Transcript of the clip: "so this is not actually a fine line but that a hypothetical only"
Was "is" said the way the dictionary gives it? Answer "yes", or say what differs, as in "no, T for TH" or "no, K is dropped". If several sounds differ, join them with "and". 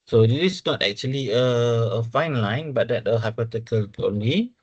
no, S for Z